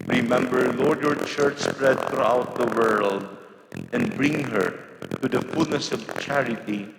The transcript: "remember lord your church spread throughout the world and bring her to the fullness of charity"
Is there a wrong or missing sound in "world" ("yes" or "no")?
no